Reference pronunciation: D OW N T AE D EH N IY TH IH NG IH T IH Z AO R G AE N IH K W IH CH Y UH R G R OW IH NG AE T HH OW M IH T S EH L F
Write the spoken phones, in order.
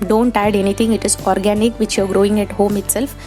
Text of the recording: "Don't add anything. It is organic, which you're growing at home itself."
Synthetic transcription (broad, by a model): D OW N T AE D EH N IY T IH NG IH T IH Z AO R G AE N IH K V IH CH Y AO R G R OW IH NG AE T HH OW M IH T S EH L F